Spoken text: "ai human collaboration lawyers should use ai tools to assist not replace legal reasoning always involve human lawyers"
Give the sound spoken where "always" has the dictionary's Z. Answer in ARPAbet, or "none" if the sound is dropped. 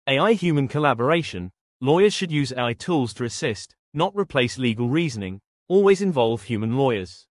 Z